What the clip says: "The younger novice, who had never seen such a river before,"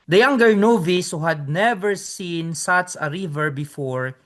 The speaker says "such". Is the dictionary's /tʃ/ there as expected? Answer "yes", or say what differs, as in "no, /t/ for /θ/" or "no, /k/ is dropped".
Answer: no, /s/ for /tʃ/